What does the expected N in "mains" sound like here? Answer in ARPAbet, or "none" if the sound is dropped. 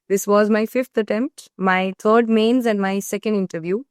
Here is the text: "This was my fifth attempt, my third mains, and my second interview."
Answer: N